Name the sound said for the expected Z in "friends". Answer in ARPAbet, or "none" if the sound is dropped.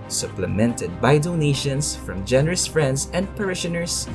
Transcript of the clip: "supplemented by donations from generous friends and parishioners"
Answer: S